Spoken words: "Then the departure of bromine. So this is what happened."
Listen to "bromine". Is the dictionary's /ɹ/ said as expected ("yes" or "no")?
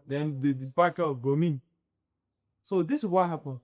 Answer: no